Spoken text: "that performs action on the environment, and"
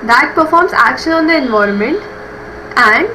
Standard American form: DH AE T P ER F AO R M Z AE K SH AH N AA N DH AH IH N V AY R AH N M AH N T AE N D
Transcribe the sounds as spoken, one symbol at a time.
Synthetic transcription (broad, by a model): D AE T P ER F AO R M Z AE K SH AH N AA N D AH IH N V AY R AH N M AH N T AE N D